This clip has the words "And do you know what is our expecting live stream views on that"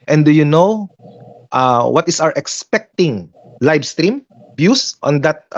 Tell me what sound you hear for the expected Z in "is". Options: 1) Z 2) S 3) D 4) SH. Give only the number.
2